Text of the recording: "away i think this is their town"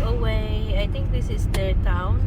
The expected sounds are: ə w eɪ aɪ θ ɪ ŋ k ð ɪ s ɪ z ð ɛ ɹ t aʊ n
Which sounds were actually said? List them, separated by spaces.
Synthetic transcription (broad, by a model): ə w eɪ aɪ t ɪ ŋ k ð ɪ s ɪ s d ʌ t aʊ n